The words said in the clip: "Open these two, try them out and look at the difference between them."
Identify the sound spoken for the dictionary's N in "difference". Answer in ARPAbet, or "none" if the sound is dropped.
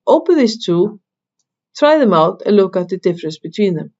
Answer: N